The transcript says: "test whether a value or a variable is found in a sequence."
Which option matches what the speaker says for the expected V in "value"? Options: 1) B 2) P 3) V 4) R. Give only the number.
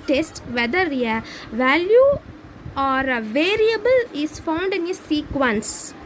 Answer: 3